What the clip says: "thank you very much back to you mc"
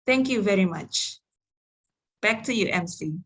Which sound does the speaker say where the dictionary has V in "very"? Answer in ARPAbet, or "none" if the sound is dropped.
V